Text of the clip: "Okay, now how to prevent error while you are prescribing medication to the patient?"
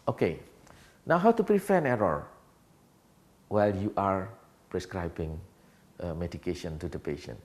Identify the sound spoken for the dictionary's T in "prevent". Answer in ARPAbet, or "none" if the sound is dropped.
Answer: none